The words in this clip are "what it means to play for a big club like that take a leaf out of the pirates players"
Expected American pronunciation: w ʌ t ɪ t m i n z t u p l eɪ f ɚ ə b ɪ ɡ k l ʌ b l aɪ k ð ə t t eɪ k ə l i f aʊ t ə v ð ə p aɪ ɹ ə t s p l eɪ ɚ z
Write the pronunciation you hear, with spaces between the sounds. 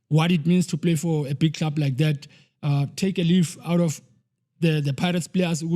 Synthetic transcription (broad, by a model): w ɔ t ɪ t m i n s t u p l eɪ f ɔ ə b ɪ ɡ k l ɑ b l aɪ k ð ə t t eɪ k ə l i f aʊ t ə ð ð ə p aɪ ɹ ə t s p l eɪ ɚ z